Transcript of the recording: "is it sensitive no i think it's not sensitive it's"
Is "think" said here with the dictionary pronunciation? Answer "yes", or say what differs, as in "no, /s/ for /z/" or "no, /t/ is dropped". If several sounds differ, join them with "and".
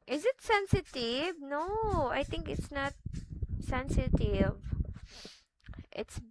no, /t/ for /θ/